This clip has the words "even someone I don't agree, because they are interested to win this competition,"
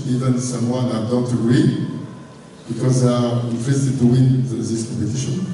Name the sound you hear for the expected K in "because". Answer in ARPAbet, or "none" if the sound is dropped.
K